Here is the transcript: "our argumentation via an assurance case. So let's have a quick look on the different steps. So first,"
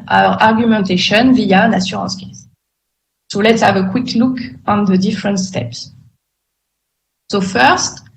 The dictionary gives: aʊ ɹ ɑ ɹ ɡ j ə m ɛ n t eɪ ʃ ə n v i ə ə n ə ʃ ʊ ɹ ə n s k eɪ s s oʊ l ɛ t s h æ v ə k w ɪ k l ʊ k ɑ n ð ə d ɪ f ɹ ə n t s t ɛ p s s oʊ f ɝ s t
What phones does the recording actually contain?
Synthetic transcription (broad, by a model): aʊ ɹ ɑ ɹ ɡ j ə m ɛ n t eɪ ʃ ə n v i ə ə n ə s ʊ ɹ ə s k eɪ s s oʊ l ɛ t s h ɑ v ə k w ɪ k l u k ɑ n ð ə d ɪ f ɹ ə n t s t ɛ p s s oʊ f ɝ s t